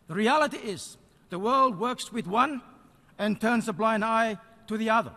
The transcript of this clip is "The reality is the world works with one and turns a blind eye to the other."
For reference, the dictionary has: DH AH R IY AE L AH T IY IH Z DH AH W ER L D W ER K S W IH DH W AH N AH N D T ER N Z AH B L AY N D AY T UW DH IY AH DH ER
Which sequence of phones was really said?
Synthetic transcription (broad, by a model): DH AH R IY AE L AH T IY IH Z DH AH W ER L D W ER K S W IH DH W AH N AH N T ER N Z AH B L AY N D AY T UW DH IY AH DH ER